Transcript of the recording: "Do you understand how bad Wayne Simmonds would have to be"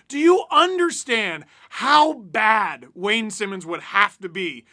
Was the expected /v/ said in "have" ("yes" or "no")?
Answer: no